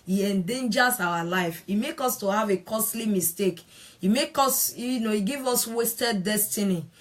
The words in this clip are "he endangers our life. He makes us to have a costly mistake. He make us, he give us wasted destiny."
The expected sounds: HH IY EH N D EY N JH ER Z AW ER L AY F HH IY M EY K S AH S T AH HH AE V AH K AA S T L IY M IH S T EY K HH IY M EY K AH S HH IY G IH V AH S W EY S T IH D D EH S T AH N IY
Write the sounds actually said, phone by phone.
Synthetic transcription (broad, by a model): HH IY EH N D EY N JH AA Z AW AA L AY F IY M EY K AO S T AH HH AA V AH K AA S T L IY M IH S T EY K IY M EY K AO S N IY G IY V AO S W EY S T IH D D EH S T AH N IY